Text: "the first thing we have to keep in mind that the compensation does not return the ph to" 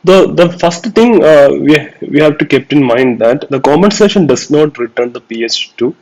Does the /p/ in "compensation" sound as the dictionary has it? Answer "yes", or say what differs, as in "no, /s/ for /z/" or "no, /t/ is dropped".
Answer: no, /p/ is dropped